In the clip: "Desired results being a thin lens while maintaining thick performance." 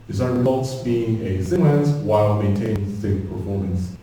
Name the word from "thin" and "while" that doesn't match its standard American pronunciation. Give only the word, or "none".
thin